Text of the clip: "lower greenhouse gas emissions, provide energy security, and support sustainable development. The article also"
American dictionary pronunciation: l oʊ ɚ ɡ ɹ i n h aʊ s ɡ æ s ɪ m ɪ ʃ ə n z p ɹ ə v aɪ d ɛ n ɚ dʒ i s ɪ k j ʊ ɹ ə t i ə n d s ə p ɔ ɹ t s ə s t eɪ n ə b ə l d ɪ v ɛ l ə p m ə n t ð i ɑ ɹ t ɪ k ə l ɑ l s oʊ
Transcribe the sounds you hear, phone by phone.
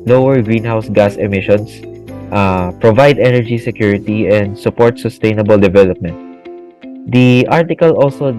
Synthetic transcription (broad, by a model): l oʊ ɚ ɡ ɹ i n h aʊ s ɡ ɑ s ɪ m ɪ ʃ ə n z p ɹ ə v aɪ d ɛ n ɚ dʒ i s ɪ k j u ɹ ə t i ə n d s ə p ɔ ɹ t s ə s t eɪ n ə b ə l d ɪ v ɛ l ə p m ə n t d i ɑ ɹ t ɪ k ə l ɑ l s oʊ